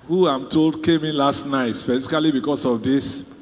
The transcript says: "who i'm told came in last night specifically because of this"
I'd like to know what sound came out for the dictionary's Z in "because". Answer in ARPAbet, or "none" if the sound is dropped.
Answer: S